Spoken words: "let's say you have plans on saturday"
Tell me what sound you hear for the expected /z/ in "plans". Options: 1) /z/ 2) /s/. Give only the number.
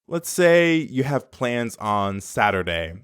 1